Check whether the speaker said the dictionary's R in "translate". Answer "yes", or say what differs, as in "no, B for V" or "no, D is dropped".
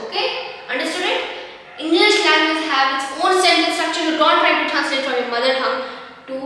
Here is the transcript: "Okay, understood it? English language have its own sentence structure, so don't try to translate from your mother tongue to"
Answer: no, R is dropped